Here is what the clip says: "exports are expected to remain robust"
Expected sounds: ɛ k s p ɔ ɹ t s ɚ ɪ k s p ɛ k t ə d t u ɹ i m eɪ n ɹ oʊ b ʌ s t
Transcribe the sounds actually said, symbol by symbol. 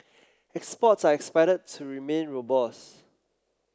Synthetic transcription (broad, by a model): ɛ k s p ɔ t s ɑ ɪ k s p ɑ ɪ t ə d t u ɹ i m eɪ n ɹ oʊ b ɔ s